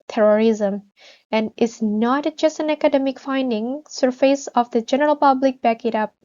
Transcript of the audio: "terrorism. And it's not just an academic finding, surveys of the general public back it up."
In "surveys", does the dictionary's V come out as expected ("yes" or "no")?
no